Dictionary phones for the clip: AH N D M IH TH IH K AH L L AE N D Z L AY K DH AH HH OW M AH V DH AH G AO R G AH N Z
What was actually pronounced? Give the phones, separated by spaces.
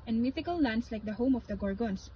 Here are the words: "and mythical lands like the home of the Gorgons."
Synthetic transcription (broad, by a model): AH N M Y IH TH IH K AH L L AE N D S L AY K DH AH HH OW M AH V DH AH G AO R G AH N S